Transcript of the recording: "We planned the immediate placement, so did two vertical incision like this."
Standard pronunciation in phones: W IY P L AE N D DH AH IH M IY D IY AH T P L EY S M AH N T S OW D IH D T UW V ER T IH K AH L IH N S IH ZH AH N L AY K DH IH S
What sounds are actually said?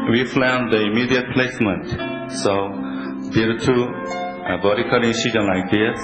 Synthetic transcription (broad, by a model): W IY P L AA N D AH IH M IY D IY AH T P L EY S M AH N T S OW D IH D T UW B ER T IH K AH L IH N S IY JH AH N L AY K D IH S